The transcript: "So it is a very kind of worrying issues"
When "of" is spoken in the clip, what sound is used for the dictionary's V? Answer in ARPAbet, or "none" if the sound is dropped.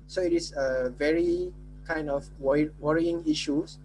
W